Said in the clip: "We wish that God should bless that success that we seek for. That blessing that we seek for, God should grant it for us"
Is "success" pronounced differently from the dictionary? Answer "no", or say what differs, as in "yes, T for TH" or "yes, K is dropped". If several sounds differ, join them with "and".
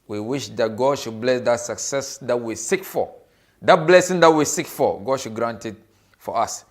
no